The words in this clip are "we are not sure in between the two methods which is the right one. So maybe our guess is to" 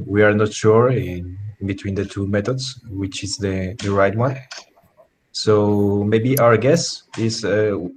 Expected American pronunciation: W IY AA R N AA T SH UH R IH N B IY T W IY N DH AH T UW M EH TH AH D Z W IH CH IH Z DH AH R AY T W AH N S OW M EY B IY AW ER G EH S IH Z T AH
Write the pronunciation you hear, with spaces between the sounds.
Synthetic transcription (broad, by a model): W IY AA R N AA T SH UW R IH N B IY T W IY N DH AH T UW M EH T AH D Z W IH CH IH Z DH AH R AY T W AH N S OW M EY B IY AW ER G EH S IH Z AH